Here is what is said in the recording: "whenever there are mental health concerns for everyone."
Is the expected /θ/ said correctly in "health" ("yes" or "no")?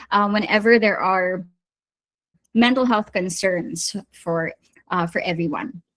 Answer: yes